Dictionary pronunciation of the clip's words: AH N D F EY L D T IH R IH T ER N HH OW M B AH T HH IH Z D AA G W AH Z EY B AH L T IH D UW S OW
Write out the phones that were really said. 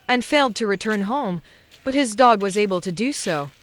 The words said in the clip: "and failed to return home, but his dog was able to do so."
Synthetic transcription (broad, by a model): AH N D F EY L D T IH R IH T ER N HH OW M B AH T HH IH Z D AA G W AH Z EY B AH L T IH D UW S OW